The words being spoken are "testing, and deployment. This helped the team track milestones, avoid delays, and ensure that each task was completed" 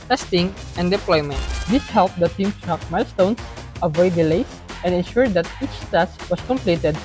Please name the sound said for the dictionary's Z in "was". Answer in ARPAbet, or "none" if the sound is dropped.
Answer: S